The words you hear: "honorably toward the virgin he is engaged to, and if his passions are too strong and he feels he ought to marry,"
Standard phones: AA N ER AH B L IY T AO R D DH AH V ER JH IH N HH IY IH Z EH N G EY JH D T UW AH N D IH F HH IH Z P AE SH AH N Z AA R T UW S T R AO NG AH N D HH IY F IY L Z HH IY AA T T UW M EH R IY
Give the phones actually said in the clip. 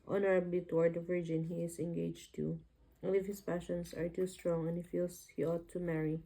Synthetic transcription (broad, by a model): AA N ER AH B L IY T AO R D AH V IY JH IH N HH IY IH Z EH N G EY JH T UW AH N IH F HH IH S P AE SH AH N S AA R T UW S T R AO NG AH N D HH IY F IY L S HH IY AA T T UW M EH R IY